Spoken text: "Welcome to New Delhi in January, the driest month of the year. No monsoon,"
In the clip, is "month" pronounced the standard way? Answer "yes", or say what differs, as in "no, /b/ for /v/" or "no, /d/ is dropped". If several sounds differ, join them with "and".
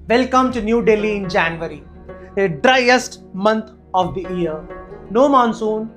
no, /t/ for /θ/